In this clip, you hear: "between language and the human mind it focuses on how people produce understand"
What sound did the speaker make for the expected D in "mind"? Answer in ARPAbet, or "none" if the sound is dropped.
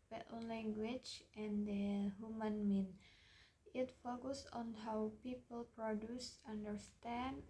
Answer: none